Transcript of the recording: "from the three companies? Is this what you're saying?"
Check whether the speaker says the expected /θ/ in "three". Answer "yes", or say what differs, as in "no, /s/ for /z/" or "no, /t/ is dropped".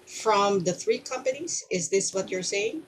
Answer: yes